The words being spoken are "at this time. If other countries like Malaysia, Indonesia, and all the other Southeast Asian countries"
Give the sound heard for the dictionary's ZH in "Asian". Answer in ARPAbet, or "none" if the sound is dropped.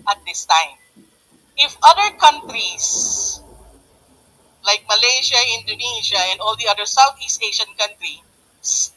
SH